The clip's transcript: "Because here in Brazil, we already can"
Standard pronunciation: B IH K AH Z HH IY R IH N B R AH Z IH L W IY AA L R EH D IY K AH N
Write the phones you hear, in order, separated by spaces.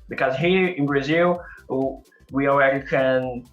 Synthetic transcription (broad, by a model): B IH K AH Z HH IY R IH N B R AH Z IH L W IY AA L R EH D IY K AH N